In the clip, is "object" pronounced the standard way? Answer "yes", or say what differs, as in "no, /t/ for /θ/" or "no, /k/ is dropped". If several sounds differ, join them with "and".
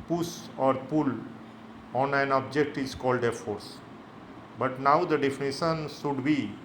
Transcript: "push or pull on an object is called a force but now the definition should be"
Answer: yes